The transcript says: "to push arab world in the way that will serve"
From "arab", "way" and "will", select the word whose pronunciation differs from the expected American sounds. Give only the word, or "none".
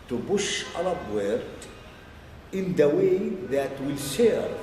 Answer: arab